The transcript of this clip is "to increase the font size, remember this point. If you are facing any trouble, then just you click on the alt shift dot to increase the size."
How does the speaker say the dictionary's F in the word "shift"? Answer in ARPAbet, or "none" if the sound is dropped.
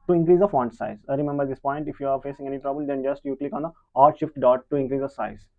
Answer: F